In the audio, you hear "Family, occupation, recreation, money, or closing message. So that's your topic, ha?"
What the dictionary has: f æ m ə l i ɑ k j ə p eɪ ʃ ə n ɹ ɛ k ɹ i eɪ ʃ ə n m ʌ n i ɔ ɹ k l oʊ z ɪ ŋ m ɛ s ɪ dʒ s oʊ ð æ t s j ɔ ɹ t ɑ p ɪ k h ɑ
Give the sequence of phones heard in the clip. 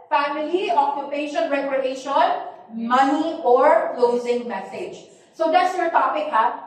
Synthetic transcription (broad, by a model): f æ m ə l i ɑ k j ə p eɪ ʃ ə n ɹ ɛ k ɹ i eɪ ʃ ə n m ʌ n i ɔ ɹ k l oʊ z ɪ ŋ m ɛ s ɪ dʒ s oʊ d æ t s j ɔ ɹ t ɑ p ɪ k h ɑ